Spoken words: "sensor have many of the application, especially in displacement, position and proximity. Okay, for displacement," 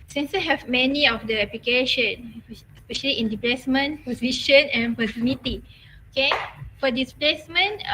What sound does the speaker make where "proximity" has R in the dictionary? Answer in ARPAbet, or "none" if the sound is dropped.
none